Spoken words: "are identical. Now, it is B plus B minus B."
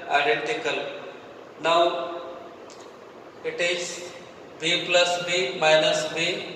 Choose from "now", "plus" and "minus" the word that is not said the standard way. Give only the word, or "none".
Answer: none